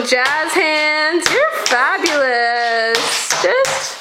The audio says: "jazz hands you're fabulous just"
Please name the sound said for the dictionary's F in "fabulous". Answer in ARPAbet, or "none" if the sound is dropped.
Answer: F